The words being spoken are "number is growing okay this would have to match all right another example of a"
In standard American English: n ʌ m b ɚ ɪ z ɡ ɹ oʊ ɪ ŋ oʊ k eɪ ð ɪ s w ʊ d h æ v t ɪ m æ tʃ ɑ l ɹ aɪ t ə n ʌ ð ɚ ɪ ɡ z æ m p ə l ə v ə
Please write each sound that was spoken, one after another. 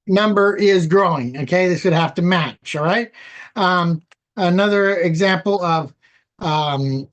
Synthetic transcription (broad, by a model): n ʌ m b ɚ ɪ z ɡ ɹ oʊ ɪ ŋ oʊ k eɪ ð ɪ s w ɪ d h æ f t ɪ m æ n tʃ ɹ aɪ t ə n ʌ ð ɚ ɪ ɡ z æ m p l ə v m